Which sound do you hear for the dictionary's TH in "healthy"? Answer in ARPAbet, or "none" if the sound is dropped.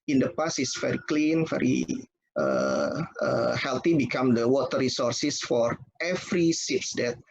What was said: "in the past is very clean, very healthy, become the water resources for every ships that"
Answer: T